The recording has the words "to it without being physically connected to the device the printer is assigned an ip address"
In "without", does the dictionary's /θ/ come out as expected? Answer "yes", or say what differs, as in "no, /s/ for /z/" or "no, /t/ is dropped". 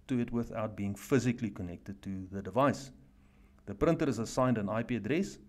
yes